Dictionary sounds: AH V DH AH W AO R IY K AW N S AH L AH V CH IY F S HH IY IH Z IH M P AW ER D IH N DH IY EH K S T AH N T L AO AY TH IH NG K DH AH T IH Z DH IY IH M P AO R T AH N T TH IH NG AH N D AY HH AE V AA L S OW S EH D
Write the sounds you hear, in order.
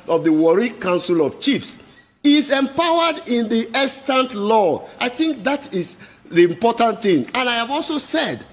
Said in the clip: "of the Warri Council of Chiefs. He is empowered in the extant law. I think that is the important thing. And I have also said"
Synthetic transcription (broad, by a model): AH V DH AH W AO R IY K AW N S AH L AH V CH IY F S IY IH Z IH M P AW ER D IH N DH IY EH S T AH N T L AO AY TH IH NG K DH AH T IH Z DH IY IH M P AO T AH N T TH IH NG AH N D AY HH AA V AA L S OW S EH D